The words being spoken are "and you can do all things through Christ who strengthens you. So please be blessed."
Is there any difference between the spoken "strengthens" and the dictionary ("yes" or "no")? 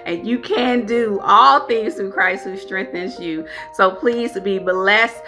no